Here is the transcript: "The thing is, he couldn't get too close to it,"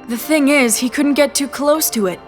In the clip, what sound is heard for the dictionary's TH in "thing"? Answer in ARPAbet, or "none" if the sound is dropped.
TH